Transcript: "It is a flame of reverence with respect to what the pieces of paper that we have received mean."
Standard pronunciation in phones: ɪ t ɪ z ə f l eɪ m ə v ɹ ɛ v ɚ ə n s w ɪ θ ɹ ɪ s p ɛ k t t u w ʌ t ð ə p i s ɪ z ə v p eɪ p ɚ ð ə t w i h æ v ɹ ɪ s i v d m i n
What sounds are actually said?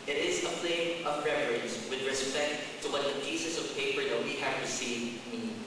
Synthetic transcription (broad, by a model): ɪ t ɪ z ə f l eɪ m ə v ɹ ɛ f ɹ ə n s w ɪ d ɹ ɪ s p ɛ k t t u w ʌ t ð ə p i s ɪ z ə v p eɪ p ɚ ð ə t w i h æ v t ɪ s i i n